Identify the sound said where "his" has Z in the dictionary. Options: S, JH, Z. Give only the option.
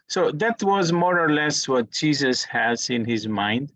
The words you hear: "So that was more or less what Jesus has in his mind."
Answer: Z